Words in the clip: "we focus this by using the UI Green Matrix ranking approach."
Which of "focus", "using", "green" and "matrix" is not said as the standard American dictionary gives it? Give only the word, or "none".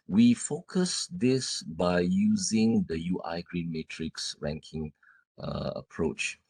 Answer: none